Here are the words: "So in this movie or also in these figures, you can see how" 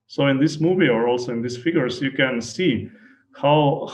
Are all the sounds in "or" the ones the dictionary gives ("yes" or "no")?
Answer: yes